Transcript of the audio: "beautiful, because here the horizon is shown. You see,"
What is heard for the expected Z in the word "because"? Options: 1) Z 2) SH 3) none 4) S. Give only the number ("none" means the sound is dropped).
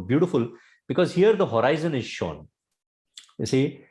1